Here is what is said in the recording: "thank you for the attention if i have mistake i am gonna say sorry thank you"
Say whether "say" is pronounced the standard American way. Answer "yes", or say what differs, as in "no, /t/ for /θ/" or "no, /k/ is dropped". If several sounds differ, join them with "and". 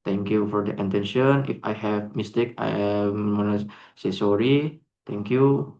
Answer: yes